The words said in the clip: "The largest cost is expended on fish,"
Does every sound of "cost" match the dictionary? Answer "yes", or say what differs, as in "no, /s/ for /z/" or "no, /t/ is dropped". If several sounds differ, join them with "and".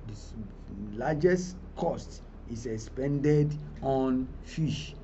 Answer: yes